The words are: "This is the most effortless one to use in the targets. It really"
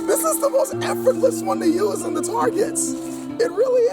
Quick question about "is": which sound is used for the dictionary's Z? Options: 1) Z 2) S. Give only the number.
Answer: 1